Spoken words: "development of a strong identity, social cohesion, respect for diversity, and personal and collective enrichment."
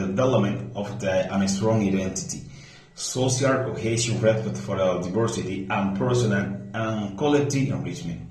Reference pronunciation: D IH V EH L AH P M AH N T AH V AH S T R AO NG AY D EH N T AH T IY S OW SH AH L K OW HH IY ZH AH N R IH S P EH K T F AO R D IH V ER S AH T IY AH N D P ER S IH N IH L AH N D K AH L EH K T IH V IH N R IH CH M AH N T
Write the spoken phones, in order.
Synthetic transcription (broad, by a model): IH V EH L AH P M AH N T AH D AH S T R AO NG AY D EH N T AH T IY S OW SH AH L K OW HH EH SH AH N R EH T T F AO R D IH V ER S AH T IY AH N P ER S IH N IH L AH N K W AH L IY T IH IH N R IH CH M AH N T